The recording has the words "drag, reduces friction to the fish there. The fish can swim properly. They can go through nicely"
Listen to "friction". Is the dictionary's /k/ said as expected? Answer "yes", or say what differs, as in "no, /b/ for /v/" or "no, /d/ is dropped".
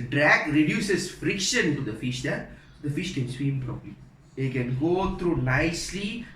yes